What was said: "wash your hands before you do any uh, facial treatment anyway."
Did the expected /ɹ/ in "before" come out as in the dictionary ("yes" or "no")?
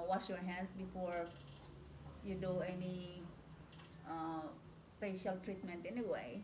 yes